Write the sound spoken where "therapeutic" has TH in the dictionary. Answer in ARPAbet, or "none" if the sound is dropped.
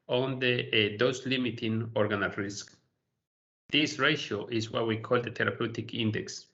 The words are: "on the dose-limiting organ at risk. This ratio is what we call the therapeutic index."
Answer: T